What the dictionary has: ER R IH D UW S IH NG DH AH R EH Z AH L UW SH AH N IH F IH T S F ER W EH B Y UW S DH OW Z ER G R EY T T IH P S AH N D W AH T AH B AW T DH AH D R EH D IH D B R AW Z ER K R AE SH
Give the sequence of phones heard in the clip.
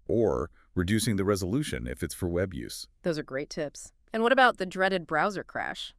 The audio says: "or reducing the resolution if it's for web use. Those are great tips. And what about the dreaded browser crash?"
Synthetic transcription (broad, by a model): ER R IH D UW S IH NG DH AH R EH Z AH L UW SH AH N IH F IH T S F ER W EH B Y UW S DH OW Z ER G R EY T T IH P S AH N W AH T AH B AW T DH AH D R EH D IH D B R AW Z ER K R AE SH